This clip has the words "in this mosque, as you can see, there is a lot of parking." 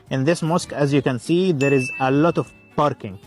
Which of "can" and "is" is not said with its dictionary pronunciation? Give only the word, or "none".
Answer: none